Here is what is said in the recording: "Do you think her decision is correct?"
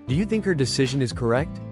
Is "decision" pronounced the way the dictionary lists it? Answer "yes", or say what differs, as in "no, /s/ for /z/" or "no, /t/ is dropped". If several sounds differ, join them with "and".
yes